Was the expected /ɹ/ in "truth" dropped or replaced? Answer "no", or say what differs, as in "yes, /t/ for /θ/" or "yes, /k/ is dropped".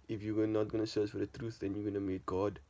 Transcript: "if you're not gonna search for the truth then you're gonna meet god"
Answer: no